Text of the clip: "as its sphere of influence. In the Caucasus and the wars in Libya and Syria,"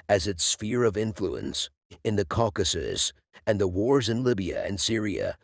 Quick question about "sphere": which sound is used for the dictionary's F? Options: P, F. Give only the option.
F